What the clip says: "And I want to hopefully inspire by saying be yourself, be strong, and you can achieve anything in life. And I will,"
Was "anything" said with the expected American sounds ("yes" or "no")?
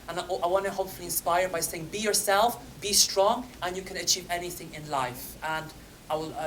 yes